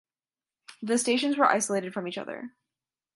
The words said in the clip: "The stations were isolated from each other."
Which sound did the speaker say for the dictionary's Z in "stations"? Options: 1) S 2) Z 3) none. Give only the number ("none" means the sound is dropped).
2